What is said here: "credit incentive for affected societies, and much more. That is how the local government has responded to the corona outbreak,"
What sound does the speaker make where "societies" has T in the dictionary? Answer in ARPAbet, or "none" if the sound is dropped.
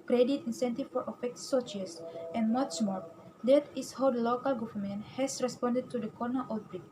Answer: S